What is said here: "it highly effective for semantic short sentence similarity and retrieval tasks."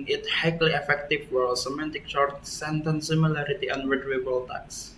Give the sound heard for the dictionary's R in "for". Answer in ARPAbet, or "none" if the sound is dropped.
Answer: L